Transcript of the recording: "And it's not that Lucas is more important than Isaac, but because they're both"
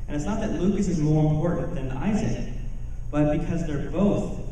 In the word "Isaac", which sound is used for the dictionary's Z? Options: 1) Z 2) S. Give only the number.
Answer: 1